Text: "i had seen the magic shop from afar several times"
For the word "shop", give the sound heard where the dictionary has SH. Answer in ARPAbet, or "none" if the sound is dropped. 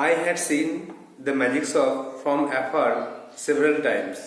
S